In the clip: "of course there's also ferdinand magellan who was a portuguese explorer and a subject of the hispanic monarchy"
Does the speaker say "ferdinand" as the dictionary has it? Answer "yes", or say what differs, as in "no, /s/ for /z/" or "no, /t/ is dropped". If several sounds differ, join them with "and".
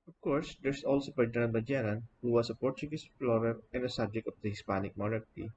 no, /p/ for /f/